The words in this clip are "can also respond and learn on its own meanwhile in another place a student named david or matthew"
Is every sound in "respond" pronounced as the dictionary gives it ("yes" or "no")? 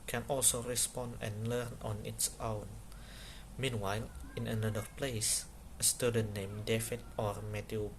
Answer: yes